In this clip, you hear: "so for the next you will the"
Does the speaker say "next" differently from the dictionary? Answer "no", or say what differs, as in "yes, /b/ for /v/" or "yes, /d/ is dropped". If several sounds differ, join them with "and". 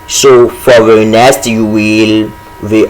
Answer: yes, /k/ is dropped